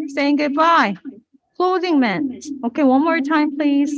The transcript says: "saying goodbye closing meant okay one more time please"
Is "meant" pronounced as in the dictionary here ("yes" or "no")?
no